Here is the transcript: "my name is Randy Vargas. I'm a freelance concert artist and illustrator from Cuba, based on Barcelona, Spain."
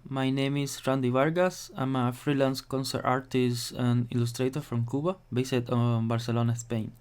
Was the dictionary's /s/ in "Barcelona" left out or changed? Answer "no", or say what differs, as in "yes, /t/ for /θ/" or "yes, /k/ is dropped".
no